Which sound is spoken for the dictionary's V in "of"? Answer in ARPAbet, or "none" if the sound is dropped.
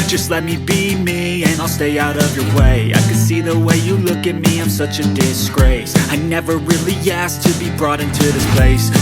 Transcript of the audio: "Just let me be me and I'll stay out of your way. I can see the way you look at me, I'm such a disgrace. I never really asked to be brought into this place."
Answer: V